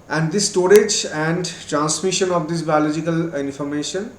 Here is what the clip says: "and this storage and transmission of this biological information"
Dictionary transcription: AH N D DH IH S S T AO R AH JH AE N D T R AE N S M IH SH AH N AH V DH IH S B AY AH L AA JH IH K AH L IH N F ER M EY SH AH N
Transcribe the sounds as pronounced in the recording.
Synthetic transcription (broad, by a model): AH N D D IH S S T AO R AH JH AE N D T R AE N S M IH SH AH N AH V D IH S B AY AH L AA JH IH K AH L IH N F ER M EY SH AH N